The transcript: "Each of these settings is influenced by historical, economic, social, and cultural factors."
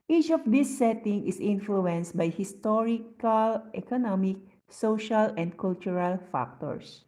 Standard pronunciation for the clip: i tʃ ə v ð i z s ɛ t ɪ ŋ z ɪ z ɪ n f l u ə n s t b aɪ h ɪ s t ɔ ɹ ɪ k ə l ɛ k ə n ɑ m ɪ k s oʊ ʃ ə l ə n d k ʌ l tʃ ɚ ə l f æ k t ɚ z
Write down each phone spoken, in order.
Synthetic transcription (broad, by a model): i tʃ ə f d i s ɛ t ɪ ŋ ɪ s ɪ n f l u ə n s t b aɪ h ɪ s t ɔ ɹ ɪ k ə l ɛ k ə n ɑ m ɪ k s oʊ ʃ ə l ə n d k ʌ l tʃ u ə l f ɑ k t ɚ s